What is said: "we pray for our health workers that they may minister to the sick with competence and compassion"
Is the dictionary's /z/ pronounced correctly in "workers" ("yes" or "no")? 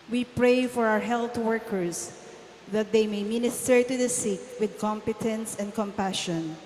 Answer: no